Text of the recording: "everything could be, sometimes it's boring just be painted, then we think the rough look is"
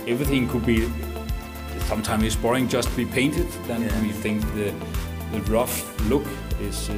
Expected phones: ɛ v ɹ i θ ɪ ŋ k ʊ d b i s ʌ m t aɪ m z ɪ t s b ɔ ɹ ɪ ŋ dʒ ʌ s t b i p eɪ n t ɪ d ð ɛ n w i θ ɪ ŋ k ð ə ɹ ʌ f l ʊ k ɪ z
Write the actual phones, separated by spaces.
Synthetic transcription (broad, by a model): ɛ v ɹ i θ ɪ ŋ k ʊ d b i s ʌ m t aɪ m ɪ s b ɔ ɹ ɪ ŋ dʒ ʌ s t b i p eɪ n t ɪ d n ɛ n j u θ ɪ ŋ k ð ə ɹ ʌ f l ʊ k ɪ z